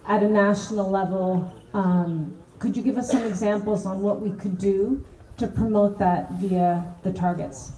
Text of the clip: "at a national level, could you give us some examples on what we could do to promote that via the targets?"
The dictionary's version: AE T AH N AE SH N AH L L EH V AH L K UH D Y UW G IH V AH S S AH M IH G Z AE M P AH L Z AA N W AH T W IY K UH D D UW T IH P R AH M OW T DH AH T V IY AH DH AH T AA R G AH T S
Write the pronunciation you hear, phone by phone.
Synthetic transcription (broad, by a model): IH T AH N AE SH N L L EH V L K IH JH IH G IH V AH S S AH M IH G Z AE M P L Z N W AH T W IY K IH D D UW T IH P R AH M OW T DH AH T V IY AH DH AH T AA R G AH T S